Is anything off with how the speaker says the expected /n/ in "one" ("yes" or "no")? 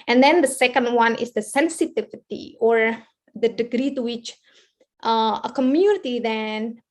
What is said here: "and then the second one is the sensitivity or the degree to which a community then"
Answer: no